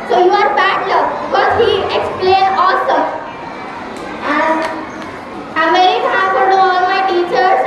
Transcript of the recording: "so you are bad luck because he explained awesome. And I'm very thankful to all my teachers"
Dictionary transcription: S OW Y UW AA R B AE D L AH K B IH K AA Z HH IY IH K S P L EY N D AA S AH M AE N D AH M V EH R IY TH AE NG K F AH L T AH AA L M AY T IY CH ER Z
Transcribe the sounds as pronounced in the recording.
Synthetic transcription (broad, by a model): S OW Y UW AA R B AE D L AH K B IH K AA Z HH IY IH K S P L EY N D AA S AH AE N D AH M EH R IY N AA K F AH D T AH AA L M AY T IY CH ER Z